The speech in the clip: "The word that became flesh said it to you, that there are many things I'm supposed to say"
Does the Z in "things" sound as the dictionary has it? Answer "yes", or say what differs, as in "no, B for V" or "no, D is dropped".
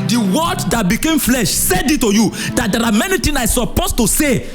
no, Z is dropped